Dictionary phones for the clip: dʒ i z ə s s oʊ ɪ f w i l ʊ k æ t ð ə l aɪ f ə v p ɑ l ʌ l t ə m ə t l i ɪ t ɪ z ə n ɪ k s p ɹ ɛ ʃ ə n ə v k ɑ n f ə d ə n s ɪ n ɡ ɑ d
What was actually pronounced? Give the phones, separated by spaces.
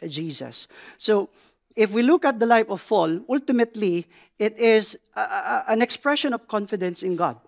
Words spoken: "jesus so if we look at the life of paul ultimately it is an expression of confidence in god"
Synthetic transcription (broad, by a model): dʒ i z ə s s oʊ ɪ f w i l ʊ k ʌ t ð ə l aɪ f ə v f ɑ l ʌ l t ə m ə t l i ɪ t ɪ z ə n ɪ k s p ɹ ɛ ʃ ə n ə v k ɑ n f ə d ə n s ɪ n ɡ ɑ d